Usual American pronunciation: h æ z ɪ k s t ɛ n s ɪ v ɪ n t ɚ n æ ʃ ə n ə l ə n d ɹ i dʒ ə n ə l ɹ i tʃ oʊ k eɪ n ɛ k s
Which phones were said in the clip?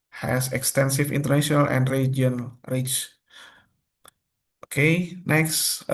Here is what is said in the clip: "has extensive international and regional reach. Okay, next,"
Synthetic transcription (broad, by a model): h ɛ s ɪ k s t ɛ n s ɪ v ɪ n t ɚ n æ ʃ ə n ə l ə n d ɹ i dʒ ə ə n ɹ i tʃ oʊ k eɪ n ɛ k s